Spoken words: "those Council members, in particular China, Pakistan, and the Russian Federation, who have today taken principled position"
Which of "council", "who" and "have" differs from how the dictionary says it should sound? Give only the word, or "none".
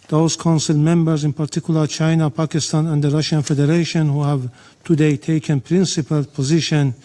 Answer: none